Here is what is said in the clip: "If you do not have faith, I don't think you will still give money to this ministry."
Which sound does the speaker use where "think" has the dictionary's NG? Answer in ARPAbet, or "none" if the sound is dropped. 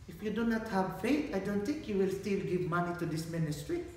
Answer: NG